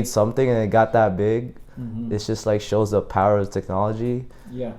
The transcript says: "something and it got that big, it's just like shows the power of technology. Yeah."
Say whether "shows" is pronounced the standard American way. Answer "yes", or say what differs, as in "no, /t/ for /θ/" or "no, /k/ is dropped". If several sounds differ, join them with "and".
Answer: yes